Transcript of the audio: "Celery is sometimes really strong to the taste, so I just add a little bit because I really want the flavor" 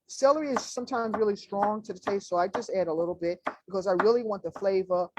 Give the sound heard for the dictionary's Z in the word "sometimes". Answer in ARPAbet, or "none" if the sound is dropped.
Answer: Z